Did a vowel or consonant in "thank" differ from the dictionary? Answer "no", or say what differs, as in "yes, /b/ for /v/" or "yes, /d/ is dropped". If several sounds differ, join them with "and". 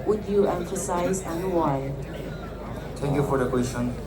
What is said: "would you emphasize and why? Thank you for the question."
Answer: yes, /t/ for /θ/